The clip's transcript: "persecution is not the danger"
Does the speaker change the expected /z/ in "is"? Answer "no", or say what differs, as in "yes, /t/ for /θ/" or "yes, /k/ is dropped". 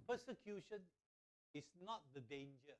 yes, /s/ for /z/